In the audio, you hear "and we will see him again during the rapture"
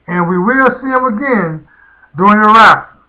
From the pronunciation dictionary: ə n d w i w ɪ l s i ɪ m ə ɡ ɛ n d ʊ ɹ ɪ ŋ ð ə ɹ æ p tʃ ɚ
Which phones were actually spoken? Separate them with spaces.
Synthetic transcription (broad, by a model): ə n w i w ɪ l s i ɪ m ə ɡ ɛ n d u ɪ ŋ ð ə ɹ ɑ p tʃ